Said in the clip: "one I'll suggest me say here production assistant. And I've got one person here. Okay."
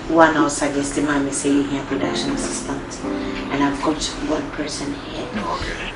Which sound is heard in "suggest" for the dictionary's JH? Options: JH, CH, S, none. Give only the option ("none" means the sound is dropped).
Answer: none